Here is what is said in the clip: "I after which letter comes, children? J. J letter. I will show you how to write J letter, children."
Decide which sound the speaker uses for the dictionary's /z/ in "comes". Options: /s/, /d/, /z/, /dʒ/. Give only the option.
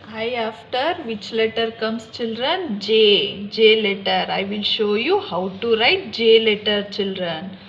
/s/